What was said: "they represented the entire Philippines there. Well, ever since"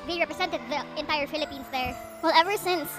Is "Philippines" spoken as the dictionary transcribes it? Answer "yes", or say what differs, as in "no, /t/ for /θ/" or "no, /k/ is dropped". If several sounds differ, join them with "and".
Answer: no, /s/ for /z/